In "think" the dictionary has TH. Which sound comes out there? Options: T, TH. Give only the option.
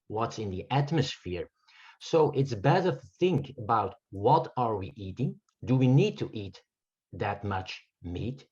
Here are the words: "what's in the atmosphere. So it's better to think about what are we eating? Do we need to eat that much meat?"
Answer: TH